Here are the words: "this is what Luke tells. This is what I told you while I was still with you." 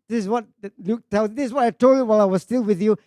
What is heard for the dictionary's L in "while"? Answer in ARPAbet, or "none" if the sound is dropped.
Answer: L